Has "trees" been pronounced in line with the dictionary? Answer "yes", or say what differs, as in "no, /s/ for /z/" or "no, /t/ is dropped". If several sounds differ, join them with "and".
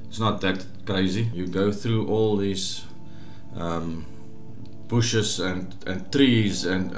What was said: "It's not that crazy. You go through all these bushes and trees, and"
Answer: yes